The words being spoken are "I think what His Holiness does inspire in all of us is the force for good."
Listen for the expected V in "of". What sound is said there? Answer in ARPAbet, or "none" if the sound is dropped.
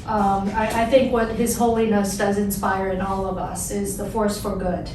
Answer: V